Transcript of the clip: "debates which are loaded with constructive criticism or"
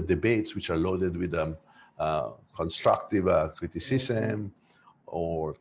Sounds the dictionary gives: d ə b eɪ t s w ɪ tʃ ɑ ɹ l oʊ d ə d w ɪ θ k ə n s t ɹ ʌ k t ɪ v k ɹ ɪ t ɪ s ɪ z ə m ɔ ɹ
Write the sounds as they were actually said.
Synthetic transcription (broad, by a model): d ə b eɪ t s w ɪ tʃ ɑ ɹ l oʊ d ə d w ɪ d k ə n s t ɹ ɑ k t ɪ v k ɹ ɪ t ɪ s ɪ s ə m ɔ ɹ